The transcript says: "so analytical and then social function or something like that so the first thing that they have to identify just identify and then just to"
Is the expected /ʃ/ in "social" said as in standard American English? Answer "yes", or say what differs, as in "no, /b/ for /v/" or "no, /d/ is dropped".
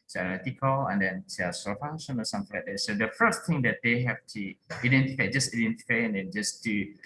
no, /s/ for /ʃ/